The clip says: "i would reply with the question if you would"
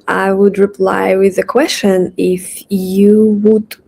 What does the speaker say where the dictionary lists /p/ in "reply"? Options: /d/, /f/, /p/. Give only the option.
/p/